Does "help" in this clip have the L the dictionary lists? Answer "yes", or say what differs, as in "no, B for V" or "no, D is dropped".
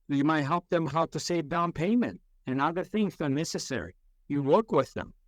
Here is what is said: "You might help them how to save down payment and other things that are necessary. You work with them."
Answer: yes